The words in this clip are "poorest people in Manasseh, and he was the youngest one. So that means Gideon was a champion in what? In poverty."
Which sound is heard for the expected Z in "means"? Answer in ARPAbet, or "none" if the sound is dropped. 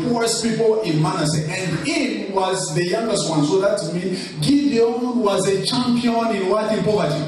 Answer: none